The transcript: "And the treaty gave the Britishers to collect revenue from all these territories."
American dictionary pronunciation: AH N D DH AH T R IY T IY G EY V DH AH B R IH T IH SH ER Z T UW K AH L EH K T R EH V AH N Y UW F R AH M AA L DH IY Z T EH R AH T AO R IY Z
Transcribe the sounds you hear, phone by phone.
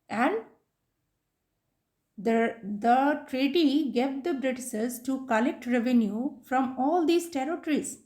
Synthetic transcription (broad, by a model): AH N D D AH T R IY T IY G EY V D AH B R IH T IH S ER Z T UW K AH L EH K T R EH V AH N Y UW F R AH M AA L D IY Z T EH R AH T R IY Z